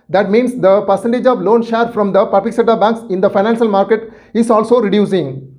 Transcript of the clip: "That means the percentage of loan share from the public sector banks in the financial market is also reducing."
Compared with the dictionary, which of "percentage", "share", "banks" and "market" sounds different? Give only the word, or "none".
none